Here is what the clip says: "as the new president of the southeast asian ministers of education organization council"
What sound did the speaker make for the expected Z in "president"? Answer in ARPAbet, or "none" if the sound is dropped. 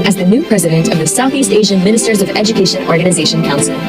Z